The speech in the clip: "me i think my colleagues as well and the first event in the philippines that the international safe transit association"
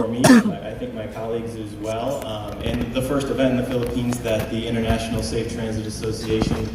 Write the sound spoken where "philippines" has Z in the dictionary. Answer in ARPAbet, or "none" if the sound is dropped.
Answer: Z